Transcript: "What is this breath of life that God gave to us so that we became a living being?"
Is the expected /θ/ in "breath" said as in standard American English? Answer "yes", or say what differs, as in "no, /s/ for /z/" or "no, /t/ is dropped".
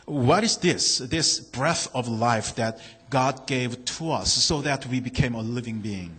yes